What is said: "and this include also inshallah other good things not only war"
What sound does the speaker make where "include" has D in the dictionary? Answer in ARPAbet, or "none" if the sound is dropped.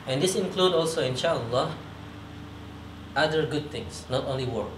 D